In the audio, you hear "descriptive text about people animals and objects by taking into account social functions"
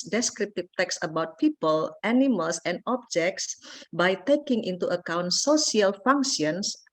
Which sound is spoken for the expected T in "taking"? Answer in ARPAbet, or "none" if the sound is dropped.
T